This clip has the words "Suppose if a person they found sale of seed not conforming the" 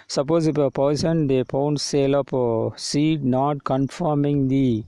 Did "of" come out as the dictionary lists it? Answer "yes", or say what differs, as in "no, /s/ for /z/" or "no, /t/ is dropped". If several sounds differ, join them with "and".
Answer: no, /p/ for /v/